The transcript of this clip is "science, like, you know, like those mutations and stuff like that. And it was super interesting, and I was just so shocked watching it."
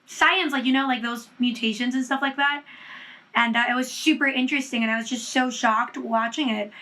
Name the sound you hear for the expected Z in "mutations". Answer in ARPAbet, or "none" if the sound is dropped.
Z